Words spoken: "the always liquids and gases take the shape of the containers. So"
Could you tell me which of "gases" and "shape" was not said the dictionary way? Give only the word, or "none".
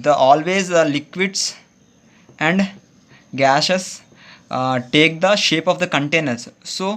gases